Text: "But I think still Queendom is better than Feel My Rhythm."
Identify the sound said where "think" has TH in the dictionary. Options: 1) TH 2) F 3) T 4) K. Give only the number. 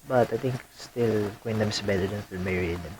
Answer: 3